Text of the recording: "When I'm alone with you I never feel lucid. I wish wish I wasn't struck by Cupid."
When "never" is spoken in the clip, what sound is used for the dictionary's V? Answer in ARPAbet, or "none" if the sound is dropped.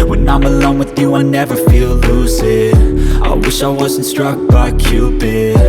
V